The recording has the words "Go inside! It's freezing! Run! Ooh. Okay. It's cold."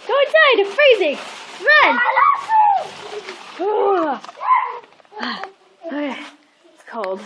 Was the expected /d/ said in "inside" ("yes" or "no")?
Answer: no